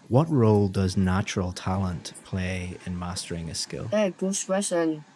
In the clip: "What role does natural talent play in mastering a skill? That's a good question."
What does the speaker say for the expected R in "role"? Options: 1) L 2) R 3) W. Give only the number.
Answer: 2